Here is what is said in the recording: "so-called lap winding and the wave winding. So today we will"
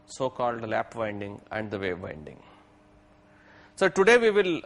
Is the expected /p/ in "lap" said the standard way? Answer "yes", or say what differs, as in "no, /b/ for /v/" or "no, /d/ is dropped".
yes